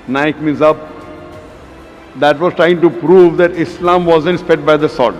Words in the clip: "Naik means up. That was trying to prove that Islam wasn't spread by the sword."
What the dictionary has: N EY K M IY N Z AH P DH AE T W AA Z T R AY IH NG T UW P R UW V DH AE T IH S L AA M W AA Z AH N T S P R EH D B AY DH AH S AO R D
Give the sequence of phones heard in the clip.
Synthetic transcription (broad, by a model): N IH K M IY N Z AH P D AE T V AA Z T R AY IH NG T UW P R UW V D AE T IH S L AA M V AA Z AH N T S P EH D B AY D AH S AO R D